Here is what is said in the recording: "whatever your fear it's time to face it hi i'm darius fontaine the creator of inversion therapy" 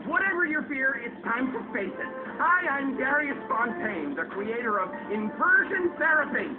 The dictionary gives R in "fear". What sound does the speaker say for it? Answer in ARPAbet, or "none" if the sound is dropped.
R